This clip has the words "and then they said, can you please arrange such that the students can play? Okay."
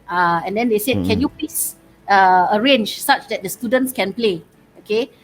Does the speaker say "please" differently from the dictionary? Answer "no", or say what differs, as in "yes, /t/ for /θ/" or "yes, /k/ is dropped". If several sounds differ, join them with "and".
yes, /l/ is dropped and /s/ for /z/